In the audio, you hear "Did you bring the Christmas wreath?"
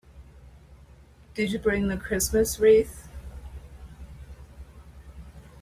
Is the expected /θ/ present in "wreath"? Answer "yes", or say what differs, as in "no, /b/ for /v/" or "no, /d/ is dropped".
yes